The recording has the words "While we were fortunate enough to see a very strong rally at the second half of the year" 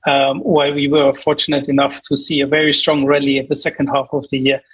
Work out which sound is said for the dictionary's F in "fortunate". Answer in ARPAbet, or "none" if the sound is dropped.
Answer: F